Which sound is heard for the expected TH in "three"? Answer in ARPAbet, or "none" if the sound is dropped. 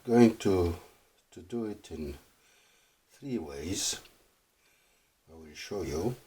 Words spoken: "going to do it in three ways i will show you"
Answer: TH